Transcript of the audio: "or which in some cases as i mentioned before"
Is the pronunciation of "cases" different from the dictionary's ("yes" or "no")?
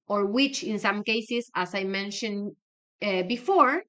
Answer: yes